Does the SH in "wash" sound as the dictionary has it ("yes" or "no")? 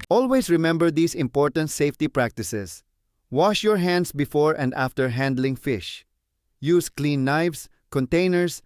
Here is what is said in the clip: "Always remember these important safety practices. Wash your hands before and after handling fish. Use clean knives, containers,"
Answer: yes